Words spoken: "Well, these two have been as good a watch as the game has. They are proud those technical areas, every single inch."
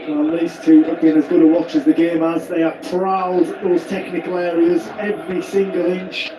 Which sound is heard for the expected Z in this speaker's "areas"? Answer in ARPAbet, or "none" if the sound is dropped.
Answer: Z